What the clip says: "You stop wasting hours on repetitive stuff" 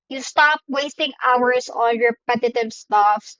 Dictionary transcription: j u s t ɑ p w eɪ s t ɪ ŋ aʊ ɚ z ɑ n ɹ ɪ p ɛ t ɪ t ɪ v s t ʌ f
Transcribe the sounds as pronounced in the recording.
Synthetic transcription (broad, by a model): j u s t ɑ p w eɪ s t ɪ ŋ aʊ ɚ s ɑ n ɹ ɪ p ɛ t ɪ t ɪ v s t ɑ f